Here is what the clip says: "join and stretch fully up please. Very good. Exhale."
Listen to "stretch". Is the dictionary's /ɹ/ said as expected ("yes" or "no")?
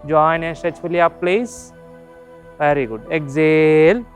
no